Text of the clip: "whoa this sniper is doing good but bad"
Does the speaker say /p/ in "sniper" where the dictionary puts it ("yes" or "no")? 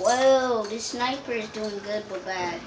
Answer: yes